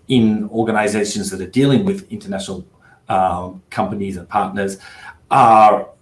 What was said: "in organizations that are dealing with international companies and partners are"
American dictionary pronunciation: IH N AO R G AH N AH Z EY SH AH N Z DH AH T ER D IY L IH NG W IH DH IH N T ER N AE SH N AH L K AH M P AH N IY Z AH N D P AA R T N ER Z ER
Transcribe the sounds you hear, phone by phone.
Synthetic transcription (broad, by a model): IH N AO R G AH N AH Z EY SH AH N Z DH AH T ER D IY L IH NG W IH DH IH N T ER N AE SH N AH L K AH M P AH N IY Z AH N P AA R T N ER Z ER